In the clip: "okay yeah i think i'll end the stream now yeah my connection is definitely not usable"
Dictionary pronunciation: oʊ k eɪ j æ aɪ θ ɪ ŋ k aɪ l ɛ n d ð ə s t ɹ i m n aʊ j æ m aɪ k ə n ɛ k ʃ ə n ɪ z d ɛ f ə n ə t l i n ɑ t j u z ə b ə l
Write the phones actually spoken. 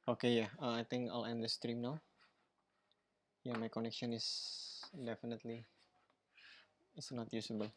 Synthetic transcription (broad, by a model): oʊ k eɪ j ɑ aɪ t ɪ ŋ k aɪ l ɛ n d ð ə s t ɹ i m n aʊ j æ m aɪ k ə n ɛ k ʃ ə n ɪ s d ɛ f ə n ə t l i n ɑ t j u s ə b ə l